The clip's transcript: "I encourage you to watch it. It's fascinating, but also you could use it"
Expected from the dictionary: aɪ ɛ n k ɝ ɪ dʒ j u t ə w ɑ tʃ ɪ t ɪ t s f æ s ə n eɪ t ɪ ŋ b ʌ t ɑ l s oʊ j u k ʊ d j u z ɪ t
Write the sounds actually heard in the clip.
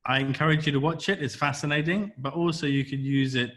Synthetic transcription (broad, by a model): aɪ ɛ n k ɝ ɪ dʒ j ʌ t ə w ɑ tʃ ɪ t ɪ t s f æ s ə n eɪ t ɪ ŋ b ʌ t ɑ l s oʊ j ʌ k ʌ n j u z ɪ t